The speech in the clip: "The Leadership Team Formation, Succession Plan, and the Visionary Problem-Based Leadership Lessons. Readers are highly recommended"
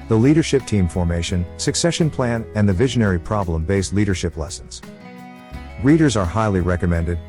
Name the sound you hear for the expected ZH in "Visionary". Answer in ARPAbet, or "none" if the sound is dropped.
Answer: ZH